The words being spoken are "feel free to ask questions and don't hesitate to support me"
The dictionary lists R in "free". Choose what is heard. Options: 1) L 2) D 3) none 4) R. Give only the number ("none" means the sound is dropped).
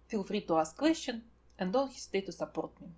4